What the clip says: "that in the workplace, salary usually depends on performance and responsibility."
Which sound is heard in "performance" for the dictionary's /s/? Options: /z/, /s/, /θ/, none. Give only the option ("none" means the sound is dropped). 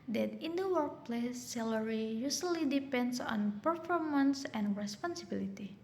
/s/